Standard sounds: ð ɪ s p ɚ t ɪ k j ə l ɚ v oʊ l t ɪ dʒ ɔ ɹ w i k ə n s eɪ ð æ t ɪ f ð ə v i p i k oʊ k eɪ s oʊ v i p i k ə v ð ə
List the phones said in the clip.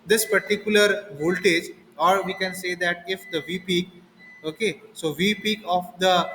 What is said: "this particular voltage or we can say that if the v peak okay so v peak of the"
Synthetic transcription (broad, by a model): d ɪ s p ɚ t ɪ k j ə l ɚ v oʊ l t ɪ dʒ ɔ ɹ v i k ə n s eɪ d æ t ɪ f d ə v i p i k oʊ k eɪ s oʊ v i p i k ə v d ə